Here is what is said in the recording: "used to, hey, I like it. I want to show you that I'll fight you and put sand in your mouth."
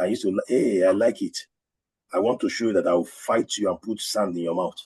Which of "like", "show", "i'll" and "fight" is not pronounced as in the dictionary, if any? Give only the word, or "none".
i'll